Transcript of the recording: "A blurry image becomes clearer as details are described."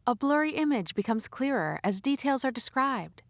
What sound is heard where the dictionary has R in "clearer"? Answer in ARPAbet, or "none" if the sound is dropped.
R